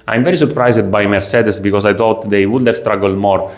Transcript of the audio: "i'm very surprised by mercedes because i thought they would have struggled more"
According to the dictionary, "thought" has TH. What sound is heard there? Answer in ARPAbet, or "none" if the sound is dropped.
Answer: T